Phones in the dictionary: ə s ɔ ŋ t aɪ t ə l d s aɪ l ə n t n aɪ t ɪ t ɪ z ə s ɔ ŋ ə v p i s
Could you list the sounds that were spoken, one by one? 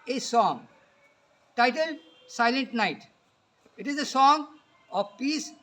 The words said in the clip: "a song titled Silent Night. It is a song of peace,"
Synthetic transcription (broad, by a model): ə s ɔ ŋ t aɪ t ə l d s aɪ l ə n t n aɪ t ɪ t ɪ z ə s ɔ ŋ ə v p i s